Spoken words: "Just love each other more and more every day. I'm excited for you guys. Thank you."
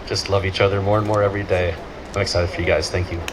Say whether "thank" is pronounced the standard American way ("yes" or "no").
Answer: yes